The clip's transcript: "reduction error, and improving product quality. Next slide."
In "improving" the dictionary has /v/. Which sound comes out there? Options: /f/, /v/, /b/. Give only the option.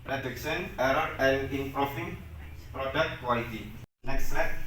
/f/